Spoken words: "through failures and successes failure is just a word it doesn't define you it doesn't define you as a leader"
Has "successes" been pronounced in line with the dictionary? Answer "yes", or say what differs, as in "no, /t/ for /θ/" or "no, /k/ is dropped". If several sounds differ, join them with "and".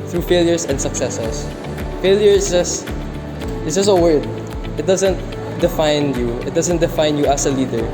no, /s/ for /z/